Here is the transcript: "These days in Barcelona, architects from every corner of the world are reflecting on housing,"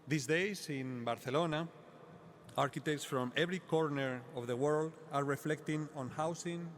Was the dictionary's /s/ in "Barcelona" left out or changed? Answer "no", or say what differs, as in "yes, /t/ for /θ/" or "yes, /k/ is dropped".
yes, /θ/ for /s/